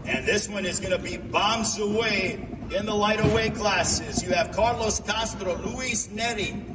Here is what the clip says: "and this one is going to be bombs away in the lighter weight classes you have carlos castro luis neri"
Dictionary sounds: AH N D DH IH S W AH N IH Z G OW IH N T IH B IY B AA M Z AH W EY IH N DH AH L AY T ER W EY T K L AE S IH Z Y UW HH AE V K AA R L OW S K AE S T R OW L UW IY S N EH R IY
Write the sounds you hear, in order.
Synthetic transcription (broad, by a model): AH N DH IH S W AH N IH Z G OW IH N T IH B IY B AA M Z AH W EY IH N DH AH L AY T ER W EY K L AE S IH Z Y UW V K AA R L OW S K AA S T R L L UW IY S N EH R IY